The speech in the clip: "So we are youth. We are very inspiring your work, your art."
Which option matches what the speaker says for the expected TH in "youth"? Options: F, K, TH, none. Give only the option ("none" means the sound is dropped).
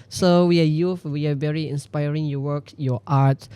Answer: F